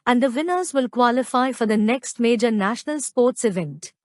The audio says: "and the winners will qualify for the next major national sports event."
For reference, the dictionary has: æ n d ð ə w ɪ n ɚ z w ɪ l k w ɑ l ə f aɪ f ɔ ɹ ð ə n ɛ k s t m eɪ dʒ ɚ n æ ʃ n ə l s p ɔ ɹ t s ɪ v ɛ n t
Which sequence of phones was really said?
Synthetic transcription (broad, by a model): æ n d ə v ɪ n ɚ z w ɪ l k w ɑ l ə f aɪ f ɔ ɹ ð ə n ɛ k s t m eɪ dʒ ɚ n æ ʃ n ə l s p ɔ ɹ t s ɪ v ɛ n t